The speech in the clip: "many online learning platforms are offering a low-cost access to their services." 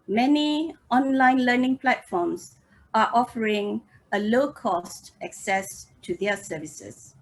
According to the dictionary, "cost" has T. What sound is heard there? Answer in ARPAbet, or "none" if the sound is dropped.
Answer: T